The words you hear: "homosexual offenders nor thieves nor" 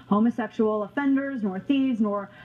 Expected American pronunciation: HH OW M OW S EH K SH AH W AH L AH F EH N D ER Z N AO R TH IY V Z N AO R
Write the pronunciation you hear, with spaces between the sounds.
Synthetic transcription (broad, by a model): HH OW M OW S EH K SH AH L AH F EH N D ER Z N AO R TH IY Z N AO R